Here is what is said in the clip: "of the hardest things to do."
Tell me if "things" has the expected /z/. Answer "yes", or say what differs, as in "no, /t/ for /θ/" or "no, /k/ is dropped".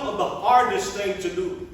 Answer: no, /z/ is dropped